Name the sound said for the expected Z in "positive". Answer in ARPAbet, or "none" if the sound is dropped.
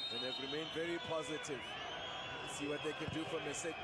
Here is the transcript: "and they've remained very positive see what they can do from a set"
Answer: Z